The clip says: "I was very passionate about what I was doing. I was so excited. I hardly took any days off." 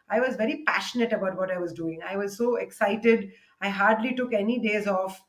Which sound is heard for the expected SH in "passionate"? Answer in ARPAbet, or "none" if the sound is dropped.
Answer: SH